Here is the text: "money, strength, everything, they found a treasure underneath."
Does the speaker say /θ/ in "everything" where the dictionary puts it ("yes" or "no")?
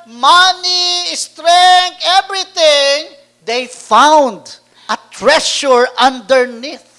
no